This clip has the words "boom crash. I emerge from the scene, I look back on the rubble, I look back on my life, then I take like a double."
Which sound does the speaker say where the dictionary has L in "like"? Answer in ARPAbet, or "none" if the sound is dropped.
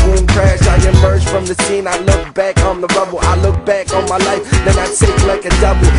L